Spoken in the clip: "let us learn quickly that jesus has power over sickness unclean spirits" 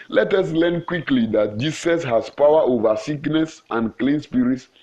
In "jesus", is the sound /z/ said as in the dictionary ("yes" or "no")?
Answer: no